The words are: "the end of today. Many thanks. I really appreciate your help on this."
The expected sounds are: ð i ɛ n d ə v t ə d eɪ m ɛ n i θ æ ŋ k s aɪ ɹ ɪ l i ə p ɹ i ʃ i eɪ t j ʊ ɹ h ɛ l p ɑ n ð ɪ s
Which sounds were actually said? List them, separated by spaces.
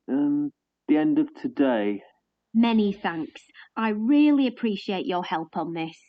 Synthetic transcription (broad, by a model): ð i ɛ n d ə v t ə d eɪ m ɛ n i θ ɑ ŋ k s aɪ ɹ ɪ l i ə p ɹ i ʃ i eɪ t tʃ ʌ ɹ h ɛ l p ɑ n ð ɪ s